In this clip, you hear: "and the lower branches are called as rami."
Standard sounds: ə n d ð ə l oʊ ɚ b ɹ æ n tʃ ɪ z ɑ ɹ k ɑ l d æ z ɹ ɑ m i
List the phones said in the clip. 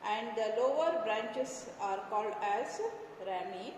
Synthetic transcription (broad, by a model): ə n d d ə l oʊ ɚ b ɹ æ n tʃ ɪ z ɑ ɹ k ɑ l d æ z ɹ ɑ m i